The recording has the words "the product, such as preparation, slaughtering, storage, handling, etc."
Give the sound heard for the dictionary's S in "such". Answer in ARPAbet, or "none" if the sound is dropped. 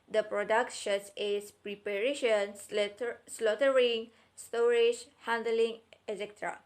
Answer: SH